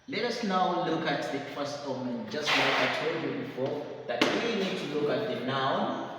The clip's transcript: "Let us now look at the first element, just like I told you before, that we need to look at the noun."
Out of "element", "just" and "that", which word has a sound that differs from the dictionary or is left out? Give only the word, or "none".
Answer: element